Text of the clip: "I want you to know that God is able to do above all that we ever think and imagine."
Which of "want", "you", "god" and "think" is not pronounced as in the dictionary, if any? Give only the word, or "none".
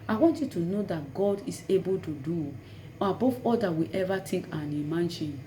think